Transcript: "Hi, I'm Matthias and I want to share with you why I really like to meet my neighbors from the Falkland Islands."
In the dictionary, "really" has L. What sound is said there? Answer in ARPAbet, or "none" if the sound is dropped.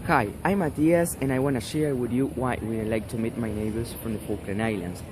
N